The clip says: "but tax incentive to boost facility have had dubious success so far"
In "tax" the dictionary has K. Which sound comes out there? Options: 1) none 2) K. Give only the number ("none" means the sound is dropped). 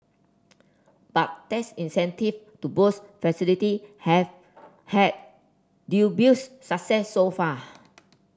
1